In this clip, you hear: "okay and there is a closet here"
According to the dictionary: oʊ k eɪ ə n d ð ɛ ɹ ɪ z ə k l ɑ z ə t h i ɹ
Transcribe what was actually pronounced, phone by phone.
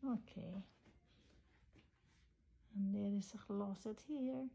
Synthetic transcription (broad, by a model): oʊ k eɪ ə n d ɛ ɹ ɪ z ə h l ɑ s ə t h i ɹ